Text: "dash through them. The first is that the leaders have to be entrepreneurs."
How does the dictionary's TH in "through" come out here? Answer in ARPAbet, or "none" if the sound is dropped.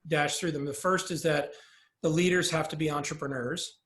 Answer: TH